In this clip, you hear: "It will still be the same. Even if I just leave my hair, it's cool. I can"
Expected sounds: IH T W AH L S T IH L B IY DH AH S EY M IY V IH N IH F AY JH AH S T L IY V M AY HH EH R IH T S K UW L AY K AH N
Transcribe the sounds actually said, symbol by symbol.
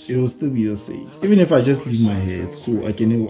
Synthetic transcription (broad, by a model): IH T W AH L S T IH L B IY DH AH S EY IY V IH N IH F AY JH AH S T L IY V M AY HH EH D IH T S K UW L AY K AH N